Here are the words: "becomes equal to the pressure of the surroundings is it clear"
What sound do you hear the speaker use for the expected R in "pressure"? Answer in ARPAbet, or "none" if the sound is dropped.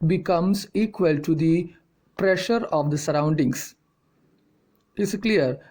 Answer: R